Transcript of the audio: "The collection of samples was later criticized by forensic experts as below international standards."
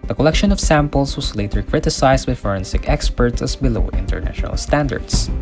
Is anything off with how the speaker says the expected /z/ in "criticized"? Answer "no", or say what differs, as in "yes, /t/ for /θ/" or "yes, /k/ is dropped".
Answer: yes, /s/ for /z/